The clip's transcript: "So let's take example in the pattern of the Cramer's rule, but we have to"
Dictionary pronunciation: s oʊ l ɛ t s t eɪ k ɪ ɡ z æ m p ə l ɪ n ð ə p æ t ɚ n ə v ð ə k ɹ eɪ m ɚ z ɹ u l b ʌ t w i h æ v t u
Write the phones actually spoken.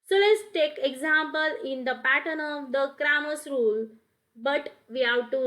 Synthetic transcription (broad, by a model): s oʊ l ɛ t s t eɪ k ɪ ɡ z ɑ m p ə l ɪ n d ə p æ t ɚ n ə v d ə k ɹ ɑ m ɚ s ɹ u l b ʌ t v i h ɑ w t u